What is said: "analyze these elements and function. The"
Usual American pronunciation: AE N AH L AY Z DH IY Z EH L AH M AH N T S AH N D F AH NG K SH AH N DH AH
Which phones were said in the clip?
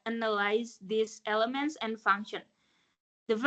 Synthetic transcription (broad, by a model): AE N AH L AY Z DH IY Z EH L AH M AH N T S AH N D F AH NG K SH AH N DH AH